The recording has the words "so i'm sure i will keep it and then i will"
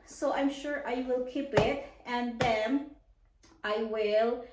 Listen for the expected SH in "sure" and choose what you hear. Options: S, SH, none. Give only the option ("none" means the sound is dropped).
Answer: SH